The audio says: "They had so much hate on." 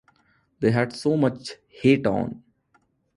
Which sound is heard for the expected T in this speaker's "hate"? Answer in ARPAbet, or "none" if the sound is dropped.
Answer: T